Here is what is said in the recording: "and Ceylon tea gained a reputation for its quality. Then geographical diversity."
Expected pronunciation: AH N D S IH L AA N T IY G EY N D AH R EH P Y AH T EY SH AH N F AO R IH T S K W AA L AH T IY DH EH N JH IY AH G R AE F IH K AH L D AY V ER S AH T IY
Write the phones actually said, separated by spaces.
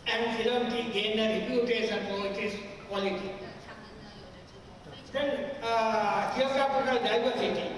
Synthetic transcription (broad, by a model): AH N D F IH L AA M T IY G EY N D AH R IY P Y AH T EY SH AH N P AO L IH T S K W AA L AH T IY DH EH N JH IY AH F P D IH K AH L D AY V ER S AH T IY